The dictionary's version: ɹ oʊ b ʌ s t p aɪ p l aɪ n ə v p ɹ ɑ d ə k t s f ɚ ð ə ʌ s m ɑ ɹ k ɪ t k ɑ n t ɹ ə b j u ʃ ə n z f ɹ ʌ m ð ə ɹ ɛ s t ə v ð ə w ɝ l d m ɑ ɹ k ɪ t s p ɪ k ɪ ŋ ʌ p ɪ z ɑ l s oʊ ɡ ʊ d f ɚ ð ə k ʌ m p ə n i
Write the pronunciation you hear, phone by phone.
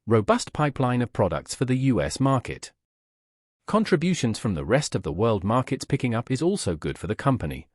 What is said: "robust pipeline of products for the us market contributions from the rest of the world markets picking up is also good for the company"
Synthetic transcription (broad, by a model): ɹ oʊ b ʌ s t p aɪ p l aɪ n ə v p ɹ ɑ d ə k t s f ɚ ð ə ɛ s m ɑ ɹ k ɪ t k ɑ n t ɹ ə b j u ʃ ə n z f ɹ ʌ m ð ə ɹ ɛ s t ə v ð ə w ɝ l d m ɑ ɹ k ɪ t s p ɪ k ɪ ŋ ʌ p ɪ z ɑ l s oʊ ɡ ʊ d f ɚ ð ə k ʌ m p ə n i